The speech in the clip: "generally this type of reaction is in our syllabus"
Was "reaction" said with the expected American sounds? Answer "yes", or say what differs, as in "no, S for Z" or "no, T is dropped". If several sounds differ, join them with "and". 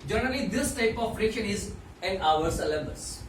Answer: no, SH is dropped